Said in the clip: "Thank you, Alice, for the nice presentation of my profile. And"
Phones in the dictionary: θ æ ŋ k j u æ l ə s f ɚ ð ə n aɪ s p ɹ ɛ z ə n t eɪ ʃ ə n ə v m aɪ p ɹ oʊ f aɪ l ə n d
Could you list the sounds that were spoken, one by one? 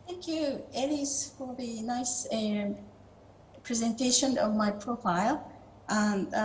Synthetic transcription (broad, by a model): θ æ ŋ k j u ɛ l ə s f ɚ ð ə n aɪ s p ɹ ɛ z ə n t eɪ ʃ ə n ə v m aɪ p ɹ oʊ f aɪ l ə